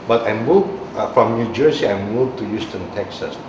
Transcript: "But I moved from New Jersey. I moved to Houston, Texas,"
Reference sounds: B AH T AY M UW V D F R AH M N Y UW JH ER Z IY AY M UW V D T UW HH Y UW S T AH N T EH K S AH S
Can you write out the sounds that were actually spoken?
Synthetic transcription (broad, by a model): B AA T AY M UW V F R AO M N Y UW JH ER S IY AY M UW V T UW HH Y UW S T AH N T EH K S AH S